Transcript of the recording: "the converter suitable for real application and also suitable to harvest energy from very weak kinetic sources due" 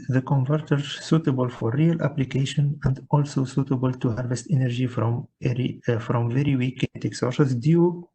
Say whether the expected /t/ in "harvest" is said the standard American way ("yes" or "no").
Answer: yes